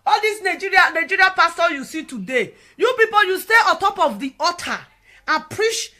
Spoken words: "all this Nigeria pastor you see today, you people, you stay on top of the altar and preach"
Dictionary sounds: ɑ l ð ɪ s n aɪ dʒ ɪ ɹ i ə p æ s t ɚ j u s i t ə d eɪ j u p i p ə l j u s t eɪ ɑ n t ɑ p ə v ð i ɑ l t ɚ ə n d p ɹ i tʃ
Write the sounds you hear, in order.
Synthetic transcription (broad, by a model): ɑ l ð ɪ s n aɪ dʒ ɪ ɹ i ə p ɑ s t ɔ j u s i t ə d eɪ j u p i p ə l j u s t eɪ ɑ n t ɑ p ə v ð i ɑ t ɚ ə n p ɹ i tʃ